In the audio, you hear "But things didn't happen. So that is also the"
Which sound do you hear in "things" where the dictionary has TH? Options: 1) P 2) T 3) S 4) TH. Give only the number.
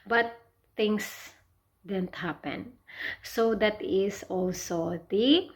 2